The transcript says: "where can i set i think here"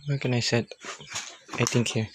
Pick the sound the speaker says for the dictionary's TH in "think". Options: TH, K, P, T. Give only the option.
T